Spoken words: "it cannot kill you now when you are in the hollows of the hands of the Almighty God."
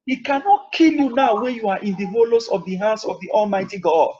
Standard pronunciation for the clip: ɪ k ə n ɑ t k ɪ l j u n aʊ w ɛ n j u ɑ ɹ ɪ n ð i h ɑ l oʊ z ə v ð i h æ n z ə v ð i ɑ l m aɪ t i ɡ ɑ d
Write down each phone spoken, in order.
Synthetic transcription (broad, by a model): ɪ k ə n ɑ t k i l j u n aʊ w ɛ n j u ɑ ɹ ɪ n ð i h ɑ l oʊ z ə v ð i h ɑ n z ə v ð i ɑ l m aɪ t i ɡ ɑ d